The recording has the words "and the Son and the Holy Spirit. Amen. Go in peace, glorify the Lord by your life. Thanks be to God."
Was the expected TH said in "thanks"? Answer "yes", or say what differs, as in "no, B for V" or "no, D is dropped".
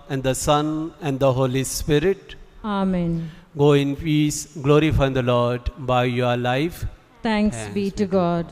no, T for TH